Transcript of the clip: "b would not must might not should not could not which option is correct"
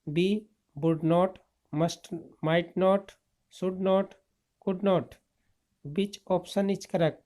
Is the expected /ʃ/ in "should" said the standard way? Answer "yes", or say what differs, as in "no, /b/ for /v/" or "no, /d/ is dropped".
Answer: no, /s/ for /ʃ/